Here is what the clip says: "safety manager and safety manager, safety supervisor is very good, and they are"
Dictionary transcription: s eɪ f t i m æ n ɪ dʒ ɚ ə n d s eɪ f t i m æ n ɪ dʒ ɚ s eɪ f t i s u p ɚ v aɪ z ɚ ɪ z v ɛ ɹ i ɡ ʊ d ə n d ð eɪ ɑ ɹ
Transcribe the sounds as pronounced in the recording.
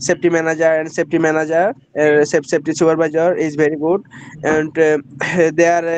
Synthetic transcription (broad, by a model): s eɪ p t i m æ n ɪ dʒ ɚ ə n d s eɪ p t i m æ n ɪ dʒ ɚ s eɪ p t i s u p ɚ b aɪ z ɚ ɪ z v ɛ ɹ i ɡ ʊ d ə n d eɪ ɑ ɹ